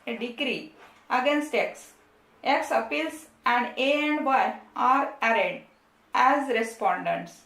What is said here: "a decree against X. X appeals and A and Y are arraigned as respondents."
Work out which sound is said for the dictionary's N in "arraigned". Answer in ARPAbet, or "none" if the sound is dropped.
none